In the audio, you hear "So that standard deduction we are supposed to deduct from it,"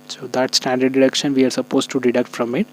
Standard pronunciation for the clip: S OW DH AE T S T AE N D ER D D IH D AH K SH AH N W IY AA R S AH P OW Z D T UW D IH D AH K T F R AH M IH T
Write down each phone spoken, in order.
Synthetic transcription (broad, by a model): S OW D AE T S T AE N D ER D D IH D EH K SH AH N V IY AA R S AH P OW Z T UW D IH D AH K T F R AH M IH T